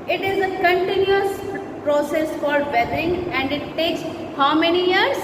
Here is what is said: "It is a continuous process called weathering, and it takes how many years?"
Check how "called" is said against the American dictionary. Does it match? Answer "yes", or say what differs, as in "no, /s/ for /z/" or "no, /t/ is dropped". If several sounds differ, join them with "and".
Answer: no, /l/ is dropped